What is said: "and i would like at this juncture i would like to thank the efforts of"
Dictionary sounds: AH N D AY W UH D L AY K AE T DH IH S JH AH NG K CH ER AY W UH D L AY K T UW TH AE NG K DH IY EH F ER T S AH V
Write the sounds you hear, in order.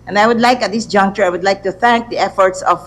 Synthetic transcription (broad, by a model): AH N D AY W UH D L AY K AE T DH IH S JH AH NG K CH ER AY W UH D L AY K T UW TH AE NG K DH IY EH F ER T S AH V